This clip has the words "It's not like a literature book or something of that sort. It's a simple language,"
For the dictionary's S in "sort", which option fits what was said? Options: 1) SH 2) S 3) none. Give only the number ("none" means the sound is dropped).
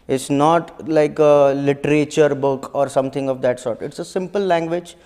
2